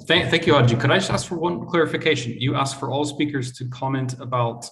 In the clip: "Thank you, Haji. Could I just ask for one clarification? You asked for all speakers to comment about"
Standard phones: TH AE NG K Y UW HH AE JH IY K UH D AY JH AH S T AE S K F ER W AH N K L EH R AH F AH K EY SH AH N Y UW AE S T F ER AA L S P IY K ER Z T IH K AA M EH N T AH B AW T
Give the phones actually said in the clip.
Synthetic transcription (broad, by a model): TH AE NG K Y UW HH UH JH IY K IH D AY JH AH S T AE S K F ER W AH N K L EH R AH F AH K EY SH AH N Y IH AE S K F ER AA L S P IY K ER Z T IH K AA M EH N T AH B AW T